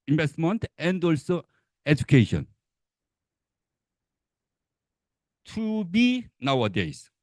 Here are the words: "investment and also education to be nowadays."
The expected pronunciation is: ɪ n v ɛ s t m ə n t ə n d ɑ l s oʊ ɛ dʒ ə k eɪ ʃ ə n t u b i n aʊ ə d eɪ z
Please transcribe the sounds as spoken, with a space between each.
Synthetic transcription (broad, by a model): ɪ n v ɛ s t m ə n t ə n d ɑ l s oʊ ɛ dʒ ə k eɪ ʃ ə n t u b i n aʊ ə d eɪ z